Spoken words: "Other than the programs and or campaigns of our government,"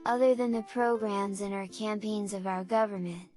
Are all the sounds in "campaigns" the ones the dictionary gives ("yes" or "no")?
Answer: yes